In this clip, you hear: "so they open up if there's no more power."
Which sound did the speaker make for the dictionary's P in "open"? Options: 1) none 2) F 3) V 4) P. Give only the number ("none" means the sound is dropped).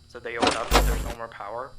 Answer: 1